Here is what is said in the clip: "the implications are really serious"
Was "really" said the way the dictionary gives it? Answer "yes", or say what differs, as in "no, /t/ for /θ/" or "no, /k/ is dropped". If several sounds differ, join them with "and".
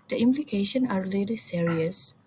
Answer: no, /l/ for /ɹ/